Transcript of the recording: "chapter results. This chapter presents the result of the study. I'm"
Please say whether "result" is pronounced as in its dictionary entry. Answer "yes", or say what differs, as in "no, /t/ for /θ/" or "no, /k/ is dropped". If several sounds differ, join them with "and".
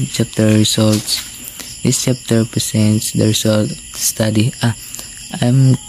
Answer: no, /s/ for /z/